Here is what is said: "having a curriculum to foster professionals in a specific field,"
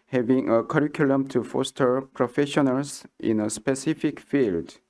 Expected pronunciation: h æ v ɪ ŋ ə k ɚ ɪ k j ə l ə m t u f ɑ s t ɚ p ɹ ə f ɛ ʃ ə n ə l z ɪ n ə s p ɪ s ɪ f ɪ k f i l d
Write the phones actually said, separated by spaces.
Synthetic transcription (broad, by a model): h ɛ v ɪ ŋ ə k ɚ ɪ k j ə l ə m t u f ɑ s t ɚ p ɹ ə f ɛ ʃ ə n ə l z ɪ n ə s p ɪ s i f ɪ k f i l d